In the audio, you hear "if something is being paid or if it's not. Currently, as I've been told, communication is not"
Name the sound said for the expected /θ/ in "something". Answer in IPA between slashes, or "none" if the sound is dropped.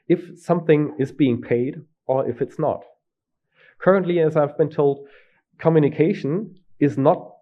/θ/